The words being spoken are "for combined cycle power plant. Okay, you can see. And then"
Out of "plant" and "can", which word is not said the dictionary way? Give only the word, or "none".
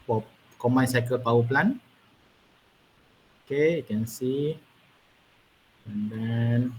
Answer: plant